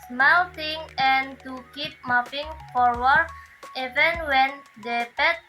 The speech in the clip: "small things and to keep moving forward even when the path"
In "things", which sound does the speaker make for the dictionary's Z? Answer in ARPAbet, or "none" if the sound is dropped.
none